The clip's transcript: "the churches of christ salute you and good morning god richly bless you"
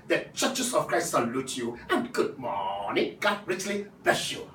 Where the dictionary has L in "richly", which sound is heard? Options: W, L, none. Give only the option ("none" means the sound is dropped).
L